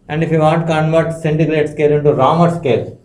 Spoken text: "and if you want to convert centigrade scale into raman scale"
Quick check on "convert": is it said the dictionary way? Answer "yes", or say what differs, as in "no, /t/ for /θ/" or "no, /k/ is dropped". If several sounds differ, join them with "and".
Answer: yes